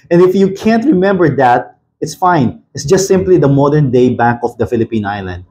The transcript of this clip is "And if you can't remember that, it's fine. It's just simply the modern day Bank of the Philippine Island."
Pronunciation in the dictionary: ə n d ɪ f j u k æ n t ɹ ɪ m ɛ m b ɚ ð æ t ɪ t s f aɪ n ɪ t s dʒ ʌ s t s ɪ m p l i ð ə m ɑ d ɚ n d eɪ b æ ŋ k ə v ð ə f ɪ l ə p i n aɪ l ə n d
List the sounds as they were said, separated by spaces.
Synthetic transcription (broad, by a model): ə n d ɪ f j u k æ n t ɹ ɪ m ɛ m b ɚ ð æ t ɪ t s f aɪ n ɪ t s dʒ ʌ s t s ɪ m p l i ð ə m ɑ d ɚ n d eɪ b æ k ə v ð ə f ɪ l ə p i n aɪ l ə n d